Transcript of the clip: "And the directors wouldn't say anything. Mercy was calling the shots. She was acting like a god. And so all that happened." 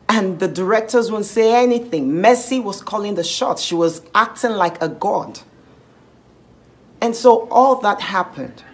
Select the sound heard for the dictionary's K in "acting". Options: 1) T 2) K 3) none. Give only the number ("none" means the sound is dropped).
2